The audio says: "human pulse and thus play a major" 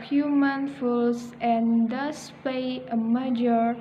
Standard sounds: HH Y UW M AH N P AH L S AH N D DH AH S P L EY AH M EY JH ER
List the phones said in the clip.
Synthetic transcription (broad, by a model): HH Y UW M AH N F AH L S AH N D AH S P EY AH M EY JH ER